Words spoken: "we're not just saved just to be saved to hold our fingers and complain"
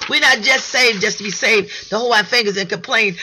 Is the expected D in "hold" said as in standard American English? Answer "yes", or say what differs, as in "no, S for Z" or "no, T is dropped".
no, D is dropped